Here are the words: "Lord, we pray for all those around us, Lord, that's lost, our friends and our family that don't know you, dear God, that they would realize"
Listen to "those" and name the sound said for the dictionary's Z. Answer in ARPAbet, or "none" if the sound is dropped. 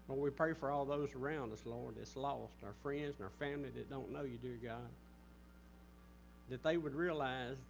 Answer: Z